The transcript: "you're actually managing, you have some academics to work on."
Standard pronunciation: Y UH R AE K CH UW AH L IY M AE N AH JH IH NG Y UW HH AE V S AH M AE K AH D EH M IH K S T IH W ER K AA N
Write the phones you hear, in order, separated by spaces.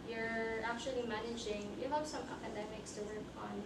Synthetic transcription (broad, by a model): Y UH R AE K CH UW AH L IY M AE N AH JH IH NG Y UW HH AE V S AH M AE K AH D EH M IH K S T IH W ER K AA N